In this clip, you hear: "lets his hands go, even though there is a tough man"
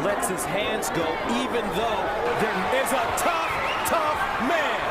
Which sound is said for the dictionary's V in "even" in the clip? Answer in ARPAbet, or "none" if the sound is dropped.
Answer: V